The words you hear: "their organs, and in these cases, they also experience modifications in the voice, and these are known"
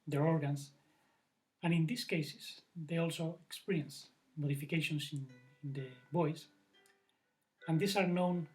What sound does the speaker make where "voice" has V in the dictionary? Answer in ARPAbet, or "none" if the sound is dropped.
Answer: B